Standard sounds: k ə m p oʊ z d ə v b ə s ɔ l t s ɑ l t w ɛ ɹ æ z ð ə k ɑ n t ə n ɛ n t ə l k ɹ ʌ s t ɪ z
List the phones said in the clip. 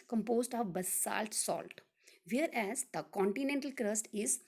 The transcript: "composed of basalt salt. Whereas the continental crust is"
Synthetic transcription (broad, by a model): k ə m p oʊ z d ə v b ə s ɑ l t s ɑ l t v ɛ ɹ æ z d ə k ɑ n t ə n ɛ n t ə l k ɹ ʌ s t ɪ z